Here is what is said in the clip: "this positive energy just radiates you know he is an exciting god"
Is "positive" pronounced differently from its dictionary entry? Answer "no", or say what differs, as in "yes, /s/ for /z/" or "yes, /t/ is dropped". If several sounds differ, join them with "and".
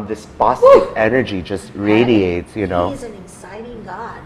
yes, /s/ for /z/